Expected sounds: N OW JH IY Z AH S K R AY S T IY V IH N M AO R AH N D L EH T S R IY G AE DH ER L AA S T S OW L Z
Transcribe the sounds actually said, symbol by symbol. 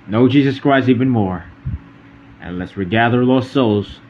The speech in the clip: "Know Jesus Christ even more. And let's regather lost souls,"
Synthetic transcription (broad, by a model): N OW JH IY Z AH S K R AY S IY V IH N M AO R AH N L EH T S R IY G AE DH ER L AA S S OW L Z